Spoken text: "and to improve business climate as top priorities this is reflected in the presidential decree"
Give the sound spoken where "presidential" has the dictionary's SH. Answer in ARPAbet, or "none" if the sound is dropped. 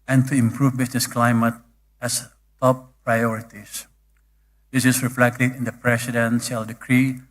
S